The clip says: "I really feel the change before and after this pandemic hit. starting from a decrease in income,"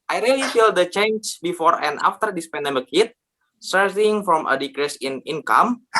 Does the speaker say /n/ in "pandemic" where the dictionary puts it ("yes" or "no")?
yes